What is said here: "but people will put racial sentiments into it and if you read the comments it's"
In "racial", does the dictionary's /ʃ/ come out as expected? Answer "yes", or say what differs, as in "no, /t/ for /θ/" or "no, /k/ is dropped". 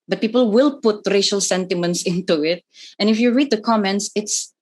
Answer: yes